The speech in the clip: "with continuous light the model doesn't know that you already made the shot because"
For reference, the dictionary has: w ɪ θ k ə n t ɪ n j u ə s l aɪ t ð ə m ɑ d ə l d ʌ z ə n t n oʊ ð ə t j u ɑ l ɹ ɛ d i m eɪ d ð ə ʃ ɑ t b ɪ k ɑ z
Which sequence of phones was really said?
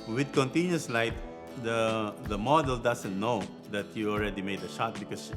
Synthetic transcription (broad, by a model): w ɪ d k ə n t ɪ n j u s l aɪ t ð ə m ɑ d ə l d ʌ s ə n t n oʊ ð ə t j u ɑ l ɹ ɛ d i m eɪ d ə ʃ ɑ t b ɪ k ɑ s